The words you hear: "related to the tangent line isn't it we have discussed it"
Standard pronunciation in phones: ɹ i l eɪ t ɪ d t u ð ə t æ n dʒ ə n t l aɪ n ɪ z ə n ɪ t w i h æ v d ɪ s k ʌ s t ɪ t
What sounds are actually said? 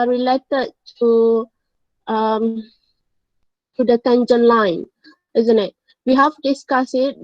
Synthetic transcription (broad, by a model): ɹ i l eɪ t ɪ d t u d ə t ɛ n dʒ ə n l aɪ n ɪ z ə n ɪ t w i h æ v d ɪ s k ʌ s ɪ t